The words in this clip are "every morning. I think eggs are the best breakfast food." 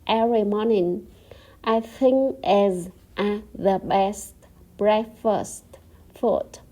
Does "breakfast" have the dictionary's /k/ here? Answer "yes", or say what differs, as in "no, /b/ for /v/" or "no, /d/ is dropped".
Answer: no, /k/ is dropped